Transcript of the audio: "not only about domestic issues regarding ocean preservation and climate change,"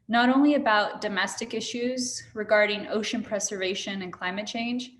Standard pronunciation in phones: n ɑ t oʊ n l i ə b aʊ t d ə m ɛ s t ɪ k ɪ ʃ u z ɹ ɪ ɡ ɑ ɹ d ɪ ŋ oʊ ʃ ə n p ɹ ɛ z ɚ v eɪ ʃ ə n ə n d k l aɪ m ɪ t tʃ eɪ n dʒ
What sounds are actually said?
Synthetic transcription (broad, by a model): n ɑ t oʊ n l i ə b aʊ t d ə m ɛ s t ɪ k ɪ ʃ u z ɹ ɪ ɡ ɑ ɹ d ɪ ŋ oʊ ʃ ə n p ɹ ɛ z ɚ v eɪ ʃ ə n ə n k l aɪ m ɪ t tʃ eɪ n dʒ